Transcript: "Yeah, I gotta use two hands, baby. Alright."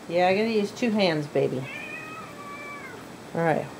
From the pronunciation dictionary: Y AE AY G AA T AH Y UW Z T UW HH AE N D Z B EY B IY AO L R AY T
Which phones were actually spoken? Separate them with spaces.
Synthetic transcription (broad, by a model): Y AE AY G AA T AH Y UW Z T UW HH AE N D Z B EY B IY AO R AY T